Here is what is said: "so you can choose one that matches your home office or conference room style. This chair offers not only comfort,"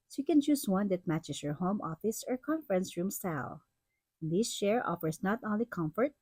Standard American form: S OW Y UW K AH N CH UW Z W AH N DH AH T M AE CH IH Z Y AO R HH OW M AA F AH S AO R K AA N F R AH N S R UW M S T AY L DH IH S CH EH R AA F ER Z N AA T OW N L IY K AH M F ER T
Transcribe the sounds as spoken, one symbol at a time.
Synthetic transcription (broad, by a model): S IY K AH N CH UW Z W AH N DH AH T M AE CH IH S Y AO R HH OW M AA F AH S AO R K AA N F R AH N S R UW M S T AY L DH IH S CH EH R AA F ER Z N AA T OW N L IY K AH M F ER T